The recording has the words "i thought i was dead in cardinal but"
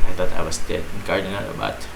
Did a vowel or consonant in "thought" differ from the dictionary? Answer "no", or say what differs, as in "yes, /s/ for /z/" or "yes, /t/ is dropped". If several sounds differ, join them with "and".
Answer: yes, /t/ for /θ/